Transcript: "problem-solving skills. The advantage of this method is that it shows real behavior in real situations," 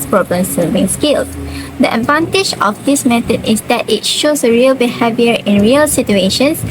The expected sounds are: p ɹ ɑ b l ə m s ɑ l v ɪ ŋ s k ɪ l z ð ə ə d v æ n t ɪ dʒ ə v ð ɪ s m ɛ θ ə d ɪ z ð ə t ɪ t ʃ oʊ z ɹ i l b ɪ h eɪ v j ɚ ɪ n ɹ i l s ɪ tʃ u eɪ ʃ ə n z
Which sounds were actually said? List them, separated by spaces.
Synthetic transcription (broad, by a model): p ɹ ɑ b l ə m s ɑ v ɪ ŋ s k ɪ l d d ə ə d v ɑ n t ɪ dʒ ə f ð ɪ s m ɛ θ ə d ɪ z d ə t ɪ t ʃ oʊ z ɹ i l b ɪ h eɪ v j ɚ ɪ n ɹ i l s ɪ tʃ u eɪ ʃ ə n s